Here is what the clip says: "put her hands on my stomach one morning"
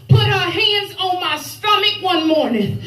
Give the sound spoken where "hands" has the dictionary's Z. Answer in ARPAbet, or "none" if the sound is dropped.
Z